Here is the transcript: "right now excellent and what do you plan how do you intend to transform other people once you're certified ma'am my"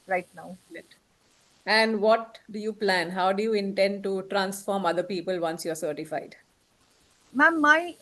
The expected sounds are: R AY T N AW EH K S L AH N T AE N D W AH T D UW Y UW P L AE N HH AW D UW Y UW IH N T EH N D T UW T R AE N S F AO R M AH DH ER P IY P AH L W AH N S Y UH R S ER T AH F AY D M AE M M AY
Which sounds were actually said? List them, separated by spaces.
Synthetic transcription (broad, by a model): R AY T N AW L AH T AE N D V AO T D UW Y UW P L AE N HH AW D UW Y UW IH N T EH N D T UW T R AE N S F AO R M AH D ER P IY P AH L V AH N S Y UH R S ER T AH F AY D M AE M M AY